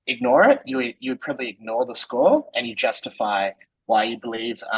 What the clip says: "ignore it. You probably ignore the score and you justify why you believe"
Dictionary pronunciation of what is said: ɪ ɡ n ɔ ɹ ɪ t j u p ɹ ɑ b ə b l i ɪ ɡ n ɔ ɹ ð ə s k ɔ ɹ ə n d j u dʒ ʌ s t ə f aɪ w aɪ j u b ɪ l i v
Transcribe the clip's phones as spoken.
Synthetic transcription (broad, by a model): ɪ ɡ n ɔ ɹ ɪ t j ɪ p ɹ ɑ b ə b l i ɪ ɡ n ɔ ɹ ð ə s k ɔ l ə n j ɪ dʒ ʌ s t ə f aɪ w aɪ j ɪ b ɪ l i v